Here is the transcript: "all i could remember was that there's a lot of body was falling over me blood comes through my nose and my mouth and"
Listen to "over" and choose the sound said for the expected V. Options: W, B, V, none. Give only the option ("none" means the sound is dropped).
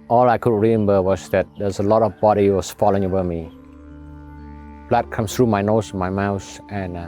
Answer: B